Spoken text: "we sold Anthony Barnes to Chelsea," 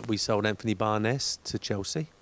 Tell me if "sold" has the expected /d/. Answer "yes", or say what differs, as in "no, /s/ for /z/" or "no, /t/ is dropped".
yes